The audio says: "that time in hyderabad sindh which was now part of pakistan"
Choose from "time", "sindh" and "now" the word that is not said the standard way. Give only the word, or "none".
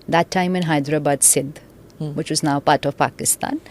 sindh